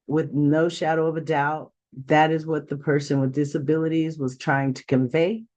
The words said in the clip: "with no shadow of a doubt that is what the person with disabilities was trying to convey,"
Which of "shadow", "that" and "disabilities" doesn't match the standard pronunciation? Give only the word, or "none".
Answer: none